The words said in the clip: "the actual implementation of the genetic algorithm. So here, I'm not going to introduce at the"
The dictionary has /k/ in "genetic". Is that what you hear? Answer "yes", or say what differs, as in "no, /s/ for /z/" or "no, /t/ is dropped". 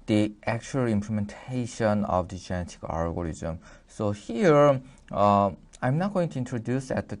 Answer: yes